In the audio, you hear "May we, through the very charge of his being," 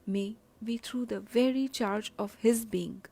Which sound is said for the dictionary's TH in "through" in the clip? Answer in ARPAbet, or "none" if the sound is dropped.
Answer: T